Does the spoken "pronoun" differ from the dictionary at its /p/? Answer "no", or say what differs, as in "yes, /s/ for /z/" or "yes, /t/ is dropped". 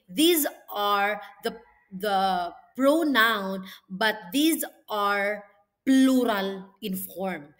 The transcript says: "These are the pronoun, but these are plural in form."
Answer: no